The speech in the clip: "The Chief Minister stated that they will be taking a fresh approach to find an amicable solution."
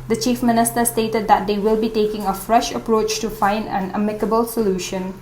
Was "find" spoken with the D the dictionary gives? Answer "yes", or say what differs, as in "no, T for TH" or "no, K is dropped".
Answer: yes